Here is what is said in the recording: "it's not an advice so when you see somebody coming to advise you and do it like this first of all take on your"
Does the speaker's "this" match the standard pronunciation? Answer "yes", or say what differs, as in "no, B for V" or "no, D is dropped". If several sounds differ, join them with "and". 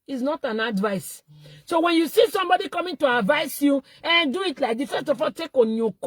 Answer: no, S is dropped